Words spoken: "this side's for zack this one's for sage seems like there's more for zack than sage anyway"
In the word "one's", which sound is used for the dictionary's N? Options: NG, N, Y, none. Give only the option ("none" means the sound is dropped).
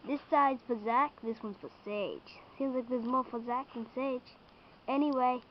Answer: N